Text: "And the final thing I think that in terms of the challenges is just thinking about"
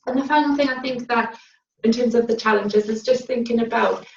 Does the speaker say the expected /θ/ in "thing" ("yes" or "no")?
yes